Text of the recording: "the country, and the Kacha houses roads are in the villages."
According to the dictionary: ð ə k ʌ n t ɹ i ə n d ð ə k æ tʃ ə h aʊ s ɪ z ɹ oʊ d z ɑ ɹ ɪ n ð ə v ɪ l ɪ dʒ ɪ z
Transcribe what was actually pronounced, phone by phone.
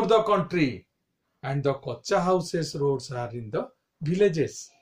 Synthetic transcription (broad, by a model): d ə k ʌ n t ɹ i ə n d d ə k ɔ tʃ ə h aʊ s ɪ s ɹ oʊ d s ɑ ɹ ɪ n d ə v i l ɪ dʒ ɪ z